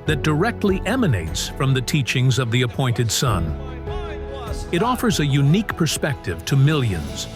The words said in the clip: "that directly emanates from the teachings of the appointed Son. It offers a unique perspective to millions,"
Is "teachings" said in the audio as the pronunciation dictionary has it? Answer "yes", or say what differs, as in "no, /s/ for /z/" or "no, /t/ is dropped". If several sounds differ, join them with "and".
yes